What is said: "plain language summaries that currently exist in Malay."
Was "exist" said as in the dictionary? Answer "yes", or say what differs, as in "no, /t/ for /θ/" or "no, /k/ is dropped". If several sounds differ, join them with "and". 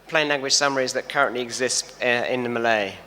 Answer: yes